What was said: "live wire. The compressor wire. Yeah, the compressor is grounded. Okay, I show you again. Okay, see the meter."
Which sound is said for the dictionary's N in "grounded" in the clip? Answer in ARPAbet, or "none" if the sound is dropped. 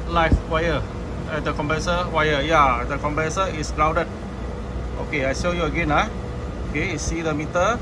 none